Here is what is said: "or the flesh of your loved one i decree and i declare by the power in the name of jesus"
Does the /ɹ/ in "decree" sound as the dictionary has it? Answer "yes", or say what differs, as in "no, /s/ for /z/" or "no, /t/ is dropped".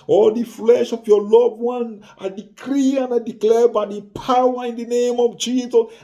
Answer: yes